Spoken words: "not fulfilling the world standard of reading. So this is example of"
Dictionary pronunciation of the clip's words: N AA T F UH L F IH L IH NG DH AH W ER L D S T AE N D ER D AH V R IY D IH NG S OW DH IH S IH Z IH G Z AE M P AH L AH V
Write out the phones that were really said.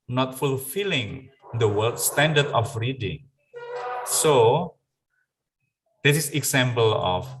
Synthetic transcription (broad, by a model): N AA T F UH L F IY L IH NG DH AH W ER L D S T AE N D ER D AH F R IY D IH NG S OW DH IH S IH S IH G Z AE M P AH L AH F